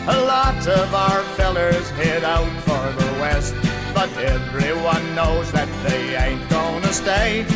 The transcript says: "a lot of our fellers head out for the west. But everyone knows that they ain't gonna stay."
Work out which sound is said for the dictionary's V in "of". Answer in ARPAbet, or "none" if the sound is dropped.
V